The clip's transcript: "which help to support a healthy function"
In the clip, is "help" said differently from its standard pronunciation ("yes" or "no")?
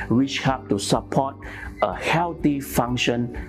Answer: yes